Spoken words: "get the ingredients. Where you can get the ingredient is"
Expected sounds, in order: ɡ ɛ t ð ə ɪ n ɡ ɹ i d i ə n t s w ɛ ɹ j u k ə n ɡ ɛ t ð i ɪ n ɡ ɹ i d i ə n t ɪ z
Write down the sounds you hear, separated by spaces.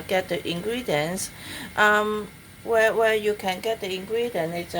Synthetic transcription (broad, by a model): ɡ ɛ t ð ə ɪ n ɡ ɹ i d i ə n t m w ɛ w j u k ə n ɡ ɛ t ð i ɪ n ɡ ɹ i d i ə n ɪ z